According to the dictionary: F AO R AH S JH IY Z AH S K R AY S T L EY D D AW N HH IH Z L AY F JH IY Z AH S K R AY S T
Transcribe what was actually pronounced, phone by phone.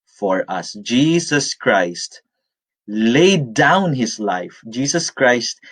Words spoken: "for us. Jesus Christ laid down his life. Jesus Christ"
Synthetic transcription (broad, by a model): F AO R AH S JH IY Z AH S K R AY S T L EY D D AW N HH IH S L AY F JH IY S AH S K R AY S T